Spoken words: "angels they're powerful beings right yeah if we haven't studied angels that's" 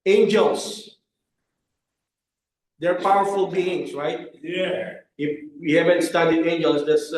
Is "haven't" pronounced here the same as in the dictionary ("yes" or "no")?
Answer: yes